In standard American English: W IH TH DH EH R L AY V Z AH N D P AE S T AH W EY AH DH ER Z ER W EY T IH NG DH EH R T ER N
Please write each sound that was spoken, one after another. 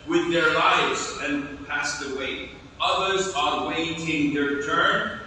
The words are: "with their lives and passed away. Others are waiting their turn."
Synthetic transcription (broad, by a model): W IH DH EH R L AY V Z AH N P AE S T AH W EY AH DH ER Z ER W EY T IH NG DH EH R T ER N